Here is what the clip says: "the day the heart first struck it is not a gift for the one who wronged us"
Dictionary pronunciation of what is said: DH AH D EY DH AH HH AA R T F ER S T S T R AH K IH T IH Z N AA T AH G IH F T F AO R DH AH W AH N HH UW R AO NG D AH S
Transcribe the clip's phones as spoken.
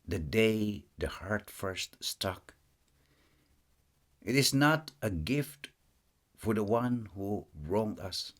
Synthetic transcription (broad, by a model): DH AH D EY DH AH HH AA R T F ER S T S T AH K IH T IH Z N AA T AH G IH F T F AO R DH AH W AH N HH UW R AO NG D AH S